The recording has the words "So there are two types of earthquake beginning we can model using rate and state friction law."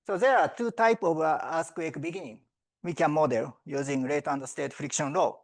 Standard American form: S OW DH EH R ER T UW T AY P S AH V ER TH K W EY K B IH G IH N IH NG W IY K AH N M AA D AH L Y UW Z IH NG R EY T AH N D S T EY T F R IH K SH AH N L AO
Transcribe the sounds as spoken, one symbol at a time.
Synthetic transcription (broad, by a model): S OW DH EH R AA T UW T AY P AH V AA S K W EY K B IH G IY N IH NG W IY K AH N M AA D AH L Y UW Z IH NG R EY T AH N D S T EY T F R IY K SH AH N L AO